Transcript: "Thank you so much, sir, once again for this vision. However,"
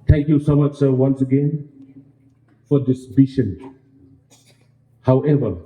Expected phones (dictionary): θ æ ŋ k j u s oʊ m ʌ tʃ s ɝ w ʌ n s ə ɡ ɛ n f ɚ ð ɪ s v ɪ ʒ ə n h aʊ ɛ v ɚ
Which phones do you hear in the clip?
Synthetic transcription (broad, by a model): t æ ŋ k j u s oʊ m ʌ tʃ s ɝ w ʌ n s ə ɡ ɛ n f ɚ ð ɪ s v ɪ ʃ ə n h aʊ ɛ v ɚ